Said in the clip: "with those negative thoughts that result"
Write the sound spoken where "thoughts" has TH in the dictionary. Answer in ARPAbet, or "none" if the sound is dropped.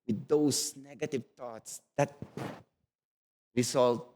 T